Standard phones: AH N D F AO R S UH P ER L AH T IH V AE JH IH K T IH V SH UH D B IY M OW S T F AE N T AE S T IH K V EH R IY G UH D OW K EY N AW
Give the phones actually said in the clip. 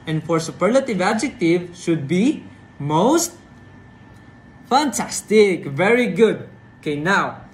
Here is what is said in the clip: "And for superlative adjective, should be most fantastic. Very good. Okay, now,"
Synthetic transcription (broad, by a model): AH N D F AO R S UH P ER L AH T IH V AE JH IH K T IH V SH UH D B IY M OW S T F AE N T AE S T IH K V EH R IY G UH D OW K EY N AW